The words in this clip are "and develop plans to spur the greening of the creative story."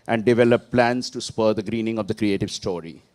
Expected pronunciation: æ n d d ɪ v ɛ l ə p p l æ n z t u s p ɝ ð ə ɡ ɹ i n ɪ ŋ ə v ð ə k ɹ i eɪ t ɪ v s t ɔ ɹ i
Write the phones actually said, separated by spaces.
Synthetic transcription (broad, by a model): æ n d d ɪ v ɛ l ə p p l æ n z t u s p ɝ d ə ɡ ɹ i n ɪ ŋ ə v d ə k ɹ i eɪ t ɪ v s t ɔ ɹ i